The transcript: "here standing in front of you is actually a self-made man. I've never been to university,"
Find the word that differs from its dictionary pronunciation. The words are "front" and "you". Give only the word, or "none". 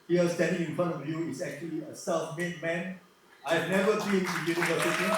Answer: front